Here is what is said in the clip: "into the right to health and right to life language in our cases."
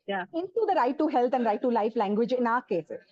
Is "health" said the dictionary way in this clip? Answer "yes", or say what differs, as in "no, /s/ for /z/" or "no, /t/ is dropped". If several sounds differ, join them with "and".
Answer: no, /t/ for /θ/